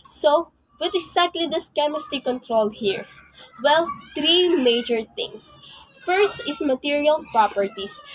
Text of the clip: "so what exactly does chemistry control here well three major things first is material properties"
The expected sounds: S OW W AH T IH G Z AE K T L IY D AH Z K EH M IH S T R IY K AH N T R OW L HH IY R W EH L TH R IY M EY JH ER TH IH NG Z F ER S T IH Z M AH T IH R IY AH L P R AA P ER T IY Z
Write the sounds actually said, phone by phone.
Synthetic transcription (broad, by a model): S OW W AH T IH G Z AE K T L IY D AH S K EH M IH S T IY K AH N T R OW L HH IY R W EH L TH R IY M EY JH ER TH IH NG S F ER S T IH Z M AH T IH R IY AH L P R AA P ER T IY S